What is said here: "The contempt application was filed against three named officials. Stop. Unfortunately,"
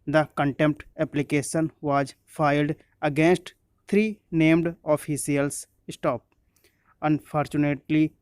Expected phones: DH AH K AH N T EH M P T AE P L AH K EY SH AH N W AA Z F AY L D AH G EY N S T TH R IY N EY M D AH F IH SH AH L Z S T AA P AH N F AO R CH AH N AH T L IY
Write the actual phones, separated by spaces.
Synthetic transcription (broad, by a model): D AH K AH N T EH M P T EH P L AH K EY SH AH N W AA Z F AY L D AH G EY N S T T R IY N EY M D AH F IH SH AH L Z S T AA P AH N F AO R CH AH N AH T L IY